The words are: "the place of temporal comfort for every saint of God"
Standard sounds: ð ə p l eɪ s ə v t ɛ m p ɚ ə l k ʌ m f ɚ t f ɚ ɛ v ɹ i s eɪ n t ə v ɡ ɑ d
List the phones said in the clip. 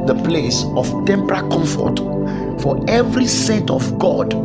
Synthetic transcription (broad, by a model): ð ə p l eɪ s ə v t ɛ m p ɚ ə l k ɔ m f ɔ t f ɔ ɛ v ɹ i s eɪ t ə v ɡ ɑ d